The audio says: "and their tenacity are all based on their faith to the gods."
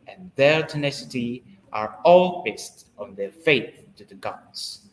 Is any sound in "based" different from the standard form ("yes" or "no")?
no